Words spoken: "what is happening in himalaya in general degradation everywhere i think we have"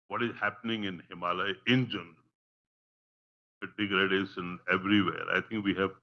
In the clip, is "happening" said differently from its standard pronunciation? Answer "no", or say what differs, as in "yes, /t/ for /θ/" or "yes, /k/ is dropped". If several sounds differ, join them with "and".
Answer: no